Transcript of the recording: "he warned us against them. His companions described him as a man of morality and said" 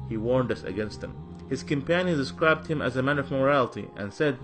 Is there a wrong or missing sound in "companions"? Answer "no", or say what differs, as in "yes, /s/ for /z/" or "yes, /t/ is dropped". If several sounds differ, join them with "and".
yes, /z/ is dropped